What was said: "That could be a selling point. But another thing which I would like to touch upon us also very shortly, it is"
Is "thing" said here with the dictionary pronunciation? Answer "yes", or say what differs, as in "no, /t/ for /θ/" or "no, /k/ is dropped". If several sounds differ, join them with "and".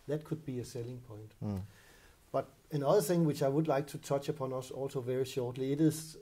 yes